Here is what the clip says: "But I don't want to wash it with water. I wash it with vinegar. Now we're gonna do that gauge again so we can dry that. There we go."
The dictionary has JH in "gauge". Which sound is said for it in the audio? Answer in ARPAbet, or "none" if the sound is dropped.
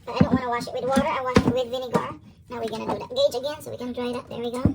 JH